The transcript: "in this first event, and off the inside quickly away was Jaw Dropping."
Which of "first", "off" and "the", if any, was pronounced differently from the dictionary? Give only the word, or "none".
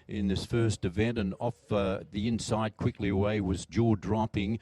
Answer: none